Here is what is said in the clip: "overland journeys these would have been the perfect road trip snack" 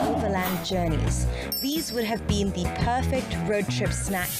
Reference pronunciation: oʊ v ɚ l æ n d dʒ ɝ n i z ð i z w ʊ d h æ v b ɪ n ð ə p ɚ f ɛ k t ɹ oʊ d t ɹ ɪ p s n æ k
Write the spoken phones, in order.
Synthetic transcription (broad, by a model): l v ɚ l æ n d dʒ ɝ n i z ð i z w ʊ d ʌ v b ɪ n ð ə p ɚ f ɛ k t ɹ oʊ d t ɹ ɪ p s n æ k